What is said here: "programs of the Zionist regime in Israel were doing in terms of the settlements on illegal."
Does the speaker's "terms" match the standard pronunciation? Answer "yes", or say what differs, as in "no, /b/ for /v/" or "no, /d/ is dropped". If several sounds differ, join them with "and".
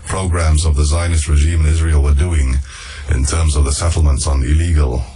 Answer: yes